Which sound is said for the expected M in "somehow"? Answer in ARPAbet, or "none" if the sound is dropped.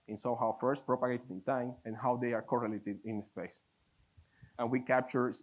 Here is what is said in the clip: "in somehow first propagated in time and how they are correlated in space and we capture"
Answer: none